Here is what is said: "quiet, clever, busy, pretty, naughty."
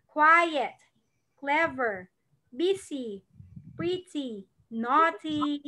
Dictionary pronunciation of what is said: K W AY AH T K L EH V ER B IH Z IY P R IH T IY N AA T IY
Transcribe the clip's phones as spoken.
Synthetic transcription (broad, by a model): K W AY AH T K L EH V ER B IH S IY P R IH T IY N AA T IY